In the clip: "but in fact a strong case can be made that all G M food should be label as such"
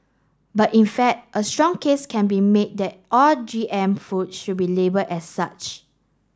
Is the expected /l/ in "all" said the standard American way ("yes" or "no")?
yes